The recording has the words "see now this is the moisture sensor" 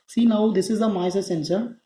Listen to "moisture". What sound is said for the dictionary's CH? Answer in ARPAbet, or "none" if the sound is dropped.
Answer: none